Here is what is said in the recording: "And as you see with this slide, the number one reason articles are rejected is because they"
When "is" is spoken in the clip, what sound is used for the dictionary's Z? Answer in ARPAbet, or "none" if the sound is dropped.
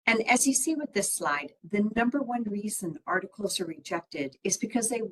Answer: Z